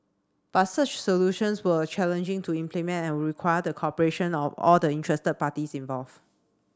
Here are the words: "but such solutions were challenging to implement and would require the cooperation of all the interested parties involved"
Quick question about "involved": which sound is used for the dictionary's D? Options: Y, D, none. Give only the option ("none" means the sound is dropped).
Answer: none